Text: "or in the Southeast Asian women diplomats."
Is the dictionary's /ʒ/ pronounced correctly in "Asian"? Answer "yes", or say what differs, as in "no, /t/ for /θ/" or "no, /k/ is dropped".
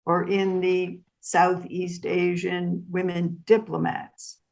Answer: yes